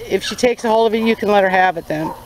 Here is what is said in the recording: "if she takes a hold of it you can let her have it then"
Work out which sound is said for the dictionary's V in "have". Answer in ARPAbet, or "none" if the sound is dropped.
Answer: V